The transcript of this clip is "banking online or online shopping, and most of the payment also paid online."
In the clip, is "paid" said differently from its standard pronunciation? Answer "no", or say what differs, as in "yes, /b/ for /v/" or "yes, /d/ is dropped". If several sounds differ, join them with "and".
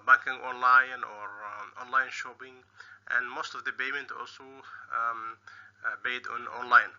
yes, /b/ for /p/